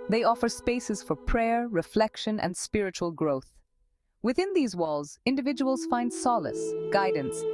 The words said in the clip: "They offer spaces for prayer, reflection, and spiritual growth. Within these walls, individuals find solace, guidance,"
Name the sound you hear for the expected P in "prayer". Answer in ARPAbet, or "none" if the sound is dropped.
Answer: P